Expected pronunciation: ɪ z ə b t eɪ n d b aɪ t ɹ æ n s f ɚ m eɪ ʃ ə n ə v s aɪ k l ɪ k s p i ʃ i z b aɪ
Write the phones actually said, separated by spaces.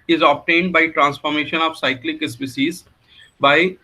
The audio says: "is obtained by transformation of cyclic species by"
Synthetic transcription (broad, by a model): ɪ z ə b t eɪ n d b aɪ t ɹ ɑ n s f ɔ m eɪ ʃ ə n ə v s aɪ k l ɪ k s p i s i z b aɪ